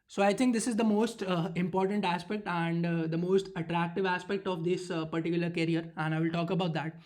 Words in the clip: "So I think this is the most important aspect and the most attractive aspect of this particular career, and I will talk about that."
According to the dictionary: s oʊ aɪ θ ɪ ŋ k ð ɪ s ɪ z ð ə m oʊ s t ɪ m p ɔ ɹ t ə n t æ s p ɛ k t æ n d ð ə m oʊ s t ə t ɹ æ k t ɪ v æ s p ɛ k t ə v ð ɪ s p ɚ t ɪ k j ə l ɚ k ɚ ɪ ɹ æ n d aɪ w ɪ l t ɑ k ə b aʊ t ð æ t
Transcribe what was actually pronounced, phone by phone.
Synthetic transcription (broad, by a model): s oʊ aɪ t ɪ ŋ k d ɪ s ɪ z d ə m oʊ s t ɪ m p ɔ ɹ t ə n t æ s p ɛ k t æ n d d ə m oʊ s t ə t ɹ æ k t ɪ v æ s p ɛ k t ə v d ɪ s p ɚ t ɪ k j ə l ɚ k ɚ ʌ ɹ æ n d aɪ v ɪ l t ɑ k ə b aʊ t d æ t